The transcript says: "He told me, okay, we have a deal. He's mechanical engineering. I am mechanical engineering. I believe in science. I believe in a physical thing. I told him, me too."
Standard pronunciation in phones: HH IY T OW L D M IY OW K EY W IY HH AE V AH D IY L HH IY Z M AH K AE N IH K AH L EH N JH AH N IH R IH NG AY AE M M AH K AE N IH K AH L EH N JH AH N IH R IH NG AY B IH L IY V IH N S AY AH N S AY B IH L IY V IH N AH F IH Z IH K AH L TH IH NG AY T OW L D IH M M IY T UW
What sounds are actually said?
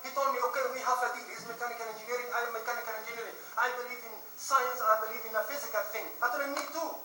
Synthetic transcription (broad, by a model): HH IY T OW L D M IY OW K EY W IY HH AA F AH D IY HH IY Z M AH K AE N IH K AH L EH N JH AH N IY R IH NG AY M M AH K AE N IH K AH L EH N JH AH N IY R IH NG AY B IH L IY V IH N S AY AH N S AY B IH L IY V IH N AH F IH Z IH K AH L TH IH NG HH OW D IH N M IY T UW